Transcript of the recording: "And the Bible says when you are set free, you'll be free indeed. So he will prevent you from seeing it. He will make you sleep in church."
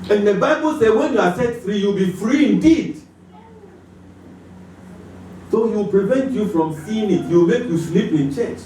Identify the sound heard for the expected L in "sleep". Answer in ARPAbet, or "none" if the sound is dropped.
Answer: L